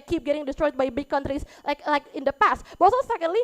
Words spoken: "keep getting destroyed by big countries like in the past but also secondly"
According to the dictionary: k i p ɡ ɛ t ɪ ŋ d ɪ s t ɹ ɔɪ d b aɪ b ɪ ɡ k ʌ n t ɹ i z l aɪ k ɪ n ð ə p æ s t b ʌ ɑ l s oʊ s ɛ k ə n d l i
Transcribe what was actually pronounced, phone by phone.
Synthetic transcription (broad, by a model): k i p ɡ ɛ t ɪ ŋ d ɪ s t ɹ ɔɪ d b aɪ b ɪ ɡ k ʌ n t ɹ i s l aɪ k ɪ n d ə p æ s t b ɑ s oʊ s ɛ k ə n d l i